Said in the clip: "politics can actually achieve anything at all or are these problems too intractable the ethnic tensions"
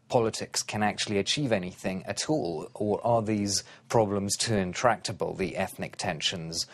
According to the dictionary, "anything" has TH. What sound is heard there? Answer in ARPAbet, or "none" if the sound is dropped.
TH